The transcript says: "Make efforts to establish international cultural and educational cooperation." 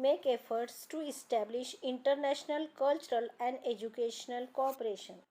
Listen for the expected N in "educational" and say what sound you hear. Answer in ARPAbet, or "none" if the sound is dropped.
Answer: N